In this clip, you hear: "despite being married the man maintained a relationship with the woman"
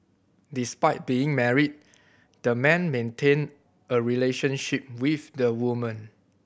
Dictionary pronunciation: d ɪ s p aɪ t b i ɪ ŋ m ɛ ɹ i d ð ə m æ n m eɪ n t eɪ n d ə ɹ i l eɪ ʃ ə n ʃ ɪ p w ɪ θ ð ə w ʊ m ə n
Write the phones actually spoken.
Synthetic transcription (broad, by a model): d ɪ s p aɪ t b i ɪ ŋ m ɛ ɹ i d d ə m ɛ n m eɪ n t eɪ n ə ɹ i l eɪ ʃ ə n ʃ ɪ p w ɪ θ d ə w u m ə n